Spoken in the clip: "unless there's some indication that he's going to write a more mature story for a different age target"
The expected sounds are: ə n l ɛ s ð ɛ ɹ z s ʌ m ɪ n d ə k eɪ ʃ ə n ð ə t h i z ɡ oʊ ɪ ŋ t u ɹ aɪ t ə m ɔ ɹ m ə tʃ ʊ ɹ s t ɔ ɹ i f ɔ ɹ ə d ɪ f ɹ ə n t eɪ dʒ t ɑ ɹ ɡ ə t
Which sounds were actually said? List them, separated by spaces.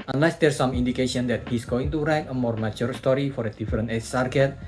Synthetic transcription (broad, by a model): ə n l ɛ s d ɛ ɹ s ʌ m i n d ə k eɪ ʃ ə n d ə t h i s ɡ oʊ ɪ ŋ t u ɹ aɪ t ə m ɔ ɹ m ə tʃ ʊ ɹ s t ɔ ɹ i f ɔ ɹ ə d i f ɹ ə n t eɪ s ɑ ɹ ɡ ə t